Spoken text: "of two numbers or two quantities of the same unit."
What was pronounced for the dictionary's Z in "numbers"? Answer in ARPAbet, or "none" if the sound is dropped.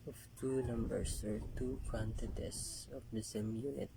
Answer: S